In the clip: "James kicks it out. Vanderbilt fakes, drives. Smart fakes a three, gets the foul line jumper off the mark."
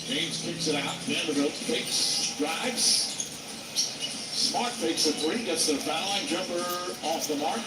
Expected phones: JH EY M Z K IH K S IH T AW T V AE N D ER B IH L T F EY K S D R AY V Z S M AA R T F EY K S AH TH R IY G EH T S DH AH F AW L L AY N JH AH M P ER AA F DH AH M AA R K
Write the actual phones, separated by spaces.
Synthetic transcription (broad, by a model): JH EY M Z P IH K S IH T AW T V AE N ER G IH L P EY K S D R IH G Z S M AA R T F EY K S AH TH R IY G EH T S DH AH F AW N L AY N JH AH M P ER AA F DH AH M AA R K